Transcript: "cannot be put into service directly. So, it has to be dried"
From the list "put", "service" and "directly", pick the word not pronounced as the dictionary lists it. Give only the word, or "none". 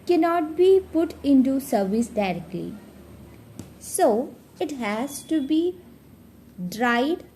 none